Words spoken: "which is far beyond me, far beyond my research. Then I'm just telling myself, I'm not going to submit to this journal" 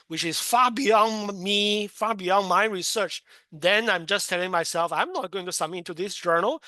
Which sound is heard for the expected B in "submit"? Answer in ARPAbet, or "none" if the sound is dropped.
none